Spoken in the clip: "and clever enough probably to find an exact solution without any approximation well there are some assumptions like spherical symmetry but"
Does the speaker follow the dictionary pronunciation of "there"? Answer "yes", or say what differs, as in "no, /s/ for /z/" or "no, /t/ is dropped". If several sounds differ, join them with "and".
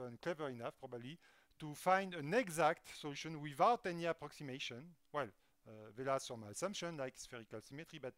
no, /l/ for /ɹ/